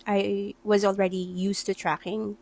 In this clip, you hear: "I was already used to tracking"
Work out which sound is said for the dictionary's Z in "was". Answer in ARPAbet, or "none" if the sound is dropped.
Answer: Z